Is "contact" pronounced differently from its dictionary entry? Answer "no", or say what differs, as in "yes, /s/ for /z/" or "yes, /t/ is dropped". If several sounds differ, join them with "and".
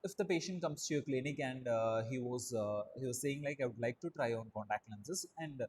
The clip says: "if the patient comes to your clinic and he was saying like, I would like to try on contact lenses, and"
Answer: no